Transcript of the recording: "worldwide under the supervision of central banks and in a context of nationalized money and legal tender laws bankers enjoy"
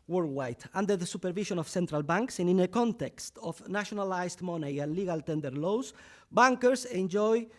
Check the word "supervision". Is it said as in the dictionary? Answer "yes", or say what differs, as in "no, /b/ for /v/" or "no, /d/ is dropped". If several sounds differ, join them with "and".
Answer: no, /ʃ/ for /ʒ/